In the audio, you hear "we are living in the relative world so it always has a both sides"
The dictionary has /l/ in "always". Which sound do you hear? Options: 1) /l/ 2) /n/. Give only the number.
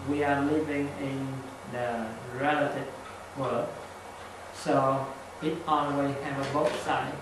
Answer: 2